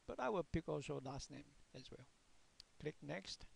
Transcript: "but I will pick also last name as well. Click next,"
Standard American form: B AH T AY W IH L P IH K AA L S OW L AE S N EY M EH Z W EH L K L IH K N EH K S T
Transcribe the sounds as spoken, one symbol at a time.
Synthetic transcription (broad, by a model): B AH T AY W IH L P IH K AA L S OW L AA S N EY M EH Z W EH L K L IH K N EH K S T